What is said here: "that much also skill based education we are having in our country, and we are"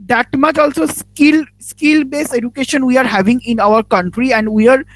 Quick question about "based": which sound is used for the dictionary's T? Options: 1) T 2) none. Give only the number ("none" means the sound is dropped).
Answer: 2